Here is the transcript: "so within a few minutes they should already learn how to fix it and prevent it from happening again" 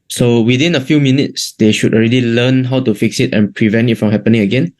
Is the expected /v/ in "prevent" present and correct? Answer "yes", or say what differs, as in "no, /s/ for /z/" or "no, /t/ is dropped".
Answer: yes